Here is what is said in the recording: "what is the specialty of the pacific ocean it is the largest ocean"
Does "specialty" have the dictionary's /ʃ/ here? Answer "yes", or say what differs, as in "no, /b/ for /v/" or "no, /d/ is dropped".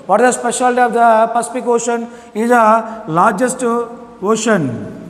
yes